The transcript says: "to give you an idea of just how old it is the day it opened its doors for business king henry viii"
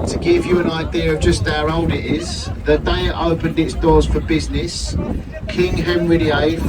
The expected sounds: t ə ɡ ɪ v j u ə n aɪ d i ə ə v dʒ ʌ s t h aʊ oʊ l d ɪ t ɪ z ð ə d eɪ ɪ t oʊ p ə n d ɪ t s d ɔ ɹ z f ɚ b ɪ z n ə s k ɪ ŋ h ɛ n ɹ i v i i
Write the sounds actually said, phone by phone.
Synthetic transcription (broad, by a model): t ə ɡ ɪ v j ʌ ə n aɪ d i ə ə v dʒ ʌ s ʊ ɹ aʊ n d ɪ t ɪ z ð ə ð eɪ ɪ t oʊ p ə n d ɪ t s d ɔ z f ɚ b ɪ z n ə s k ɪ ŋ h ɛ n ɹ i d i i